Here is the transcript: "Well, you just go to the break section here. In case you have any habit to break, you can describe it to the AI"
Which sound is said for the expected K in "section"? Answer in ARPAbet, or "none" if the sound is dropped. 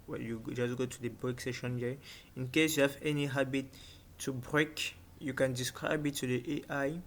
none